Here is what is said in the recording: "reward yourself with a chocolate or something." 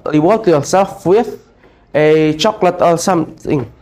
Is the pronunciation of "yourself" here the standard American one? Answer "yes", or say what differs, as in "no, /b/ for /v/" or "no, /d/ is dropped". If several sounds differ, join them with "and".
no, /l/ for /ɹ/